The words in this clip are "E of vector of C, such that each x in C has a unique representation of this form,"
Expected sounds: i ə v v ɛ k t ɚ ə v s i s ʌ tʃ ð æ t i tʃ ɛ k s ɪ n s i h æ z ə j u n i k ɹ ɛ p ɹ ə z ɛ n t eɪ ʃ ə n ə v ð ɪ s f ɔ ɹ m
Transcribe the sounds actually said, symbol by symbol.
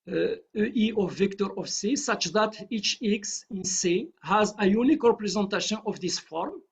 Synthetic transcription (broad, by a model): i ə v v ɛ k t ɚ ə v s i s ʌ tʃ ð æ t i tʃ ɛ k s ɪ n s i h æ z ə j u n i k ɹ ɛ p ɹ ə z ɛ n t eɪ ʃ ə n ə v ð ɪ s f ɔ ɹ m